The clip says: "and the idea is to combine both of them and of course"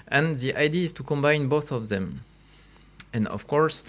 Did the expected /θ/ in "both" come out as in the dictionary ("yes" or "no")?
yes